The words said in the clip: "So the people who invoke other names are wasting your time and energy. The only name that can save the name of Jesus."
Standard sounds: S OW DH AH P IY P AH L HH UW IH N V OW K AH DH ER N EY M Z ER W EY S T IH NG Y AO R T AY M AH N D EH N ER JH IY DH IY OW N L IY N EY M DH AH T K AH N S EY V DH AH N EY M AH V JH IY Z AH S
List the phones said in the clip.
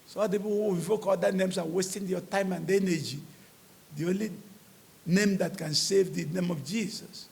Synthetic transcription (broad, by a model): S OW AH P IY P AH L HH UW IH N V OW K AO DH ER N EY M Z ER W EY S T IH NG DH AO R T AY M AH N D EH N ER JH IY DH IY OW N L IY N EY M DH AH T K AH N S EY V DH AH N EY M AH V JH IY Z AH S